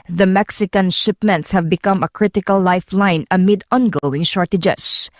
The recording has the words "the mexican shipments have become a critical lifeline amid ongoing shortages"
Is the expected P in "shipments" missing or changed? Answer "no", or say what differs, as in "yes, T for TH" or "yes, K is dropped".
no